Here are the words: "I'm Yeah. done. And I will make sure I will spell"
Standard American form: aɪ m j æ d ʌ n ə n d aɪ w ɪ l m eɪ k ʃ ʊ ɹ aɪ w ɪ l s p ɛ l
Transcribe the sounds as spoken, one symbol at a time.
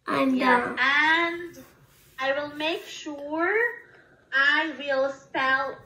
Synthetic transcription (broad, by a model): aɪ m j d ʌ ə n d aɪ w ɪ l m eɪ k ʃ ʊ ɹ aɪ w ɪ l s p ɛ l